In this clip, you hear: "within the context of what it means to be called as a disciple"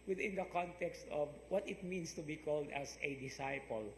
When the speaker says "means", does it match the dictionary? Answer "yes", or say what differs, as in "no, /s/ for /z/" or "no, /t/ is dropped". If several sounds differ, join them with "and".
no, /s/ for /z/